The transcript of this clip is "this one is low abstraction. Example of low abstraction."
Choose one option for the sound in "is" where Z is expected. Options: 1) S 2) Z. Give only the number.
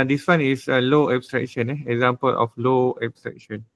1